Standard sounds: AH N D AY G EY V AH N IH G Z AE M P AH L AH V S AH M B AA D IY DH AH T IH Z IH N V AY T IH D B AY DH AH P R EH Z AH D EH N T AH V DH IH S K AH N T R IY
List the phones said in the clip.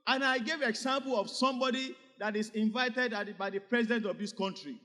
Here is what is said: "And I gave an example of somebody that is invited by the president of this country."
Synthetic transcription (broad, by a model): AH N AY G EY V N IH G S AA M P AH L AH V S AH M B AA D IY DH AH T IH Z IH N V AY T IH D B AY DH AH P R EH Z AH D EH N T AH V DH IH S K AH N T R IY